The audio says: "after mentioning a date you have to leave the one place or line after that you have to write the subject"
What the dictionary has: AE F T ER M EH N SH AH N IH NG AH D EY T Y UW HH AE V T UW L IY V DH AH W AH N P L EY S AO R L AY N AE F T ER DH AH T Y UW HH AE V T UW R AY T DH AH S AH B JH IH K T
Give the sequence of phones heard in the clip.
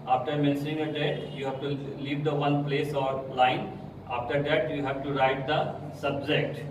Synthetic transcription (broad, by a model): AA F T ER M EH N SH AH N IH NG AH D EY T Y UW HH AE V T UW L IY V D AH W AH N P L EY S AO R L AY N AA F T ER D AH T Y UW HH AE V T UW R AY T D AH S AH B JH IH K T